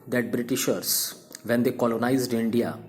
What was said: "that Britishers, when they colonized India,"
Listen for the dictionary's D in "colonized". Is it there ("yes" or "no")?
yes